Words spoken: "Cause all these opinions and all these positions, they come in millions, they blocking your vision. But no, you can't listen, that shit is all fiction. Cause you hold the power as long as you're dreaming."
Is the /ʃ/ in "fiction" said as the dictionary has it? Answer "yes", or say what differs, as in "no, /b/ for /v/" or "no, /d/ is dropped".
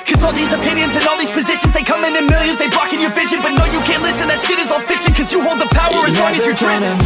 no, /s/ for /ʃ/